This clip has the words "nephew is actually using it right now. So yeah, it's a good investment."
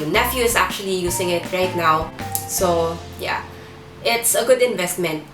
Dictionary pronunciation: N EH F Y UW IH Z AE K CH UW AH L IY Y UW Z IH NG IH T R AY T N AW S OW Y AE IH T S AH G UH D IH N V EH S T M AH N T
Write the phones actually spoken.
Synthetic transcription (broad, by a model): N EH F Y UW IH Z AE K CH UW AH L IY Y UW S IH NG IH T R AY T N AW S OW Y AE IH T S AH G UH D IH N V EH S T M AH N T